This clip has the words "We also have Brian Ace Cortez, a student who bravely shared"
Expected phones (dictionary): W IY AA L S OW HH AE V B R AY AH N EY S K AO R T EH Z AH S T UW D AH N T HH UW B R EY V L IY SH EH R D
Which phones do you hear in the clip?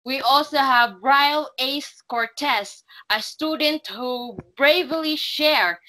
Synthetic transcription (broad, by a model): W IY AA L S OW HH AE V R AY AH L EY S K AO R T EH S AH S T UW D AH N T HH UW B R EY V L IY SH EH R